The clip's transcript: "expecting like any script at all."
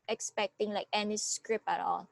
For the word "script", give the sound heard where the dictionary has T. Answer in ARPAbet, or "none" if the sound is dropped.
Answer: none